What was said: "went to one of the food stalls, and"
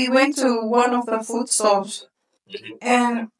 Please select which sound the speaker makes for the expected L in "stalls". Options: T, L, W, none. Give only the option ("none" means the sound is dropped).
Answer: none